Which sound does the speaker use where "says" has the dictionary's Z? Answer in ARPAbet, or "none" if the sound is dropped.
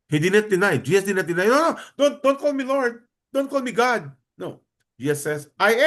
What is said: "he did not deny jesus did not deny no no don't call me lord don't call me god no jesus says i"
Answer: S